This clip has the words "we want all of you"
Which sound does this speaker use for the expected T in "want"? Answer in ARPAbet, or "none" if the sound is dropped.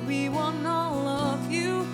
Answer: none